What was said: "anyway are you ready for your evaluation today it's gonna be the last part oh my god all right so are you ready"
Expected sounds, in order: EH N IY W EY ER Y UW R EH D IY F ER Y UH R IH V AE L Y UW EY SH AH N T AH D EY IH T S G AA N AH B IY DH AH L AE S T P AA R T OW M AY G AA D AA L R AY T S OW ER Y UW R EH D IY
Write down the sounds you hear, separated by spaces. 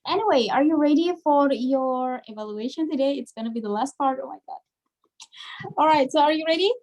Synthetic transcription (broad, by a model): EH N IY W EY ER Y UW R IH D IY F ER Y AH R IH V AE L Y UW EY SH AH N T AH D EY IH T S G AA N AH B IY DH AH L AE S T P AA R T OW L AY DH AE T AA L R AY T S OW ER Y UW R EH D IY